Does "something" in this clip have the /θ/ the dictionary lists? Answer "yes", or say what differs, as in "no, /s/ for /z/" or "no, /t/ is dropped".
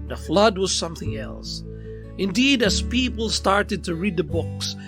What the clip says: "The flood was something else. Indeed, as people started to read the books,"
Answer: yes